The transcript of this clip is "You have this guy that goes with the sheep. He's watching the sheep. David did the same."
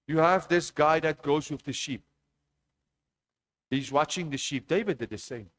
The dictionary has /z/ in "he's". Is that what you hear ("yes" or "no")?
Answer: yes